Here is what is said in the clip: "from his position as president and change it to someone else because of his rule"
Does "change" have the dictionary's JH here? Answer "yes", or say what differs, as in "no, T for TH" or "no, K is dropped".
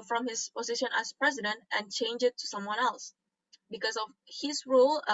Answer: yes